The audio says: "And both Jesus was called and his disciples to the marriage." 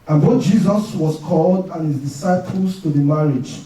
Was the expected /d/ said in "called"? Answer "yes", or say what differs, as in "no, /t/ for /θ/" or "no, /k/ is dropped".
yes